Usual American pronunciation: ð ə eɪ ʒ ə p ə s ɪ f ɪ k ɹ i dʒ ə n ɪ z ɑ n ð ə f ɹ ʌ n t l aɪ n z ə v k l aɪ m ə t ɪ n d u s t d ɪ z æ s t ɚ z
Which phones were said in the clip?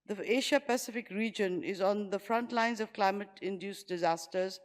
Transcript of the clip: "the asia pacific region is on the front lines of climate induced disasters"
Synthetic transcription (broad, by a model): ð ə eɪ ʃ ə p ə s ɪ f ɪ k ɹ i dʒ ə n ɪ z ɑ n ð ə f ɹ ʌ n t l aɪ n z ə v k l aɪ m ə t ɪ n d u s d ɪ z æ s t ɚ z